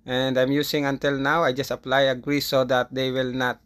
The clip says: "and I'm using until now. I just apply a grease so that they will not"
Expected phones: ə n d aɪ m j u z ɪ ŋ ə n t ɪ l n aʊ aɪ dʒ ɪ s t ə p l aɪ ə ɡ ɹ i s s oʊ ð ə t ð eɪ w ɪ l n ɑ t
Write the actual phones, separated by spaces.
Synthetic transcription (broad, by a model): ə n d aɪ m j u s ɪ ŋ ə n t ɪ l n aʊ aɪ dʒ ɪ s t ə p l aɪ ə ɡ ɹ i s s oʊ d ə t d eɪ w ɪ l n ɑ t